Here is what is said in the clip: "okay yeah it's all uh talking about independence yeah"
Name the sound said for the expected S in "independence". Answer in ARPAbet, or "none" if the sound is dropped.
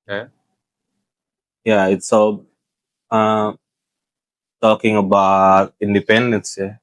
S